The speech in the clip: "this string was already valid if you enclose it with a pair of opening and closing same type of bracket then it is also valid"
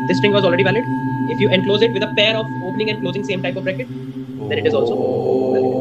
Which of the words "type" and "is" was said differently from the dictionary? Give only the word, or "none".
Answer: none